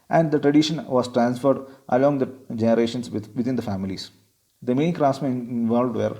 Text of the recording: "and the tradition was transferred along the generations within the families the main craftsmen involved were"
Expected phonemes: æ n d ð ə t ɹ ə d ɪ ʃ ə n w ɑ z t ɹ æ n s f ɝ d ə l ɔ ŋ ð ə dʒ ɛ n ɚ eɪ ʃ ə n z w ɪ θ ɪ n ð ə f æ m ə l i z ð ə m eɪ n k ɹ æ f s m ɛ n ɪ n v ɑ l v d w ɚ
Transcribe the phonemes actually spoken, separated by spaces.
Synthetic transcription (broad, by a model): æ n d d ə t ɹ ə d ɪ ʃ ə n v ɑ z t ɹ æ n s f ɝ d ə l ɔ ŋ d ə dʒ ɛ n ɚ eɪ ʃ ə n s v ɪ t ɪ n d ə f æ m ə l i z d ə m eɪ n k ɹ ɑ s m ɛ ɪ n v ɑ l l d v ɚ